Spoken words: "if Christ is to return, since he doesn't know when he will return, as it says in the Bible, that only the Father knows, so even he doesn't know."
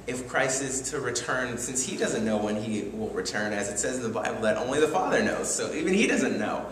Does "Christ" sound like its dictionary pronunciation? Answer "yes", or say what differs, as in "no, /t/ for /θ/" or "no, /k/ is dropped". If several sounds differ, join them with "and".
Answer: no, /t/ is dropped